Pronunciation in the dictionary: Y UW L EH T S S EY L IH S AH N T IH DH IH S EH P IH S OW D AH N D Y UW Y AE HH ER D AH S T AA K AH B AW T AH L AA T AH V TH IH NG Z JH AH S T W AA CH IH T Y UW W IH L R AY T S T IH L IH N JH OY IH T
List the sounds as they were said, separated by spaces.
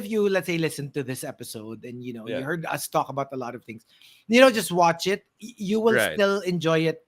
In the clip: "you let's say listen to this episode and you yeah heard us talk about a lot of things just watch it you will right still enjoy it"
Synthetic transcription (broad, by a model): Y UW L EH T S S EY L IH S AH N T IH DH IH S EH P IH S OW D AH N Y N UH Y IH HH ER D AH S T AA K AH B AW T AH L AA T AH V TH IH NG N JH AH S T W AA CH IH T Y UW W IH L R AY S T IH L IH N JH OY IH T